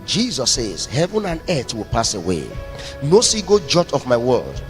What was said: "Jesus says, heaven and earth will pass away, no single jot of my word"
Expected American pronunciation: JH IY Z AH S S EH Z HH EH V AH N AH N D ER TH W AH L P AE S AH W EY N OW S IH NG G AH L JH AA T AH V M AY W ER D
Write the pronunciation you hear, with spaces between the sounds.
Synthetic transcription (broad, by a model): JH IY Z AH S S EH Z HH EH V AH N AH N D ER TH W AH L P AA S AH W EY N OW S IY G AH JH AA T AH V M AY W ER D